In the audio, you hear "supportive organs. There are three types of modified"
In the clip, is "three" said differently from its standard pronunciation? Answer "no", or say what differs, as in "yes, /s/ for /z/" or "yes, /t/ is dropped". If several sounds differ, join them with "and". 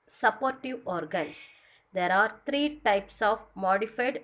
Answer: yes, /t/ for /θ/